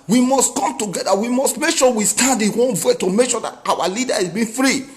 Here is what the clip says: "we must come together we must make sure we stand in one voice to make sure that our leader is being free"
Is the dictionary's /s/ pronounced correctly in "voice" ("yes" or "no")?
no